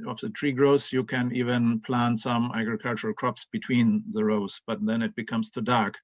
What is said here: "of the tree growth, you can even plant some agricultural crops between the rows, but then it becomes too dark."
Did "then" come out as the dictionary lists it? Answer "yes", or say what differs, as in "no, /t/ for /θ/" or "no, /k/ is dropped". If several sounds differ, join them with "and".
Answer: yes